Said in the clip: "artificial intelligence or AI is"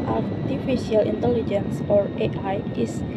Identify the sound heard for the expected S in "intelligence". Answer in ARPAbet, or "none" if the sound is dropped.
S